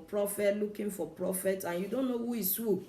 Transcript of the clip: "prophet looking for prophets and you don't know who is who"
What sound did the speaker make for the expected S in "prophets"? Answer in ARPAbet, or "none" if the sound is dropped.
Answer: none